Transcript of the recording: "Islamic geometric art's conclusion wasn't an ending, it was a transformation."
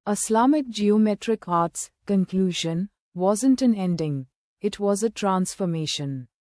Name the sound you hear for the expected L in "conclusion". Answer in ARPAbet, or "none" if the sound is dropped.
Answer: L